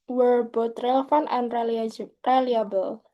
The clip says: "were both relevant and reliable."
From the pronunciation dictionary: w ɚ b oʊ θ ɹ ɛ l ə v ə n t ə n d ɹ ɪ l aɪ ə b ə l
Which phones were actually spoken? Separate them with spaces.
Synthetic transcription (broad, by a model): w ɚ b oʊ t ɹ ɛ l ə f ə n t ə n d ɹ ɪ l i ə b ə l